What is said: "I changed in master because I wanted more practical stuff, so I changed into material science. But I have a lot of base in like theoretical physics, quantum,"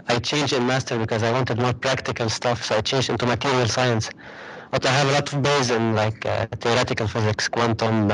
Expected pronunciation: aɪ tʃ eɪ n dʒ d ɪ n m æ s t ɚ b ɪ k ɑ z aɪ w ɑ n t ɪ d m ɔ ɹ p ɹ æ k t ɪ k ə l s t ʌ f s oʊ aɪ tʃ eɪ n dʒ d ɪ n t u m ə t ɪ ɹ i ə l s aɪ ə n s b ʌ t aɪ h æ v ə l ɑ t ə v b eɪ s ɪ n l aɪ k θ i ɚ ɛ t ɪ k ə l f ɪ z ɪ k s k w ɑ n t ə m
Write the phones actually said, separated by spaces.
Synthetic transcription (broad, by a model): aɪ tʃ eɪ n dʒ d ɪ n m æ s t ɚ b ɪ k ɑ z aɪ w ɑ n t ɪ d m ɔ ɹ p ɹ æ k t ɪ k ə l s t ʌ f s oʊ aɪ tʃ eɪ n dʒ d ɪ n t u m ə t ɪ ɹ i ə l s aɪ ə n s b ʌ t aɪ h æ v ə l ɑ t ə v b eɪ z ɪ n l aɪ k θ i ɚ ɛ t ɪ k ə l f ɪ z ɪ k s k w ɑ n t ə m